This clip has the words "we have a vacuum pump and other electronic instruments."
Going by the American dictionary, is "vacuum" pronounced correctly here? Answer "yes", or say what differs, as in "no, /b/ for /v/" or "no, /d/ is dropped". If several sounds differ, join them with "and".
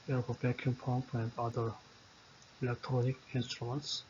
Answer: no, /b/ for /v/